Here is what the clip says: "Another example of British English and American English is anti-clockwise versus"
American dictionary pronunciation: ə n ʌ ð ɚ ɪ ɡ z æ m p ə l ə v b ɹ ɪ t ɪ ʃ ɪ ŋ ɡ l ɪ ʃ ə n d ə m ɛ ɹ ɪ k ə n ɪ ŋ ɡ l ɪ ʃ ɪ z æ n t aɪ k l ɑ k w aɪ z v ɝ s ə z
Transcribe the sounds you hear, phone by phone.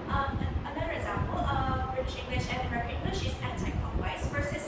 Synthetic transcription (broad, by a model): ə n ʌ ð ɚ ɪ ɡ z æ m p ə l ə v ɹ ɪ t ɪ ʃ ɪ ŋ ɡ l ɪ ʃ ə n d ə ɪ ə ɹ ɪ ŋ ɡ l ɪ ʃ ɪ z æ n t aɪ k ɑ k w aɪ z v ɝ s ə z